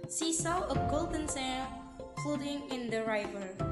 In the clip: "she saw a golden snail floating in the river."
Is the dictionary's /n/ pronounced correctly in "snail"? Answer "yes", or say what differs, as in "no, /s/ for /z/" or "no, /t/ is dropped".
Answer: no, /n/ is dropped